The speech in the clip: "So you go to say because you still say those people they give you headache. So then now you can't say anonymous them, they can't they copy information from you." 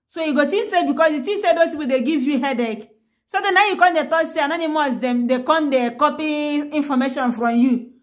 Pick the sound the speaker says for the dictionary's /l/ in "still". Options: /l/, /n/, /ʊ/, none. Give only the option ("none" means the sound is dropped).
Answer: /n/